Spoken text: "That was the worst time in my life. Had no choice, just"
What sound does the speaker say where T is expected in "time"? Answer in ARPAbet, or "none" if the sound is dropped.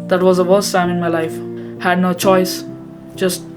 S